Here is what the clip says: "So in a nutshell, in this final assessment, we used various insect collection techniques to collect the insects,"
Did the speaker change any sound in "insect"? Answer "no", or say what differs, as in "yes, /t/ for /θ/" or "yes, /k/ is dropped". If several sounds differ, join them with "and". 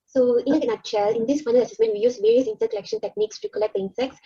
yes, /k/ is dropped